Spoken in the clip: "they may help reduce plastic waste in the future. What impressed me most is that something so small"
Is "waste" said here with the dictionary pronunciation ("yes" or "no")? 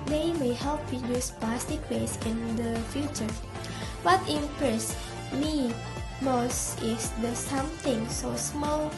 no